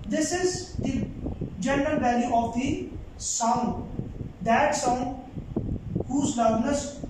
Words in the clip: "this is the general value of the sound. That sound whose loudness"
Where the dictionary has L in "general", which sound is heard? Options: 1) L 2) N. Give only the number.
1